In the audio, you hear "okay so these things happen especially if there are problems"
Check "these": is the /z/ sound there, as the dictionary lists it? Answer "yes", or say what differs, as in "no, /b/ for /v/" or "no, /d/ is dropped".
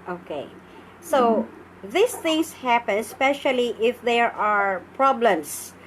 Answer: no, /s/ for /z/